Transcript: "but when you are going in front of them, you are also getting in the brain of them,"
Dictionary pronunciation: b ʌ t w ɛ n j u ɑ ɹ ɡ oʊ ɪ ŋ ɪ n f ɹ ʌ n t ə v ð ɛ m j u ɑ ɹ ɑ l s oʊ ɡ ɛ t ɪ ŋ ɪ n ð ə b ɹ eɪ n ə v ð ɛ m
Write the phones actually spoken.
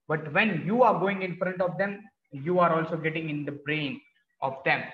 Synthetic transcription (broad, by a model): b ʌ t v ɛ n j u ɑ ɹ ɡ oʊ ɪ ŋ ɪ n f ɹ ʌ n t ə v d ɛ m j u ɑ ɹ ɑ l s oʊ ɡ ɛ t ɪ ŋ ɪ n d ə b ɹ eɪ n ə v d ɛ m